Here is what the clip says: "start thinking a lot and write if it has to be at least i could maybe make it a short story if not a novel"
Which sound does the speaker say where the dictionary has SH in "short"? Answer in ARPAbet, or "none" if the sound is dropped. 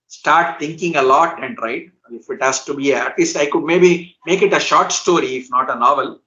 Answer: SH